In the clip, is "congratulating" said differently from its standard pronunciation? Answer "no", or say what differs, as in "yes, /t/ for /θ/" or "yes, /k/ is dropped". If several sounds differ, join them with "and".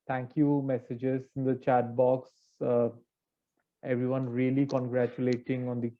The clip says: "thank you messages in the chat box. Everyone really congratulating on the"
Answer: no